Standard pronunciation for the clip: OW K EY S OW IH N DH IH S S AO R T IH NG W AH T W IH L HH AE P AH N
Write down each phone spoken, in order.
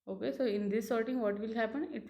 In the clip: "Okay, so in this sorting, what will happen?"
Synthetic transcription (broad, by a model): OW K EY S OW IH N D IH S S AO R T IH NG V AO T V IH L HH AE P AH N